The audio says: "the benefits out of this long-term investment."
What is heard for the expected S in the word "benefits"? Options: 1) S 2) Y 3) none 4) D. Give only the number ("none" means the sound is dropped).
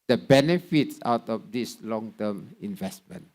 1